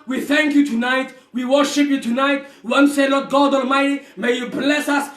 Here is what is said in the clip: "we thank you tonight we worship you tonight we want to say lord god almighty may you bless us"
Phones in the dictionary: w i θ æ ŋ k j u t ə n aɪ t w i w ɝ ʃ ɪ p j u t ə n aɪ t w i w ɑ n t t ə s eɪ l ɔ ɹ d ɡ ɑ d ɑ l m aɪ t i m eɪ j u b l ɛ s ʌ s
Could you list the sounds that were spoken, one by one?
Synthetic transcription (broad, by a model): w i θ æ ŋ k j u t ə n aɪ t w i w ɝ ʃ ɪ p j u t ə n aɪ t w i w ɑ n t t s eɪ l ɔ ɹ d ɡ ɑ d ɑ l m aɪ t i m eɪ j u b l ɛ s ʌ s